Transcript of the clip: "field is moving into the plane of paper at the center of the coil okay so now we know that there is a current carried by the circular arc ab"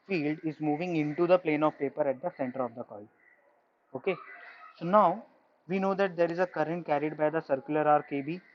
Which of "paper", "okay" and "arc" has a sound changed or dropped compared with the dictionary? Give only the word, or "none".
none